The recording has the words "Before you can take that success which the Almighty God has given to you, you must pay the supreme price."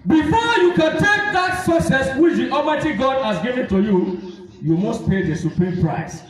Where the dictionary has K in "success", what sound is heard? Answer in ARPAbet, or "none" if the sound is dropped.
none